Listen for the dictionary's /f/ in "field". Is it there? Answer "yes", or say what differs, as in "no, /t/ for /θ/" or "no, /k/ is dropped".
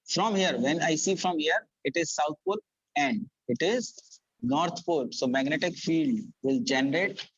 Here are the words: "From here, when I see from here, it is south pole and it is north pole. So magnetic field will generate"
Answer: yes